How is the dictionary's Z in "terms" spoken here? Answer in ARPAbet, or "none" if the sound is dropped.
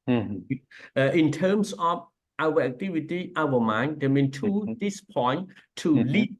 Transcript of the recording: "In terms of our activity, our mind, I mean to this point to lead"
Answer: S